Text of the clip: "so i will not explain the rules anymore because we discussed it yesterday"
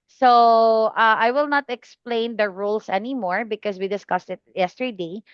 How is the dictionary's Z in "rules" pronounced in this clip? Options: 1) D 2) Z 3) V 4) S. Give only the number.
4